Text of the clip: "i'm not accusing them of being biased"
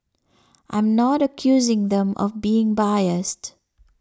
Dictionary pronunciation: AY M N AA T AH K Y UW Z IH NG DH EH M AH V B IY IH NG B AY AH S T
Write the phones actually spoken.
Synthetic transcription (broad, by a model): AY M N AA T AH K Y UW Z IH NG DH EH M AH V B IY IH NG B AY AH S T